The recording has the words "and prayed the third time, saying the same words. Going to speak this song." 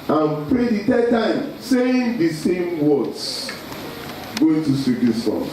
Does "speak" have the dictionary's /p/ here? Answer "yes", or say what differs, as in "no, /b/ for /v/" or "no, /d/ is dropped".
no, /p/ is dropped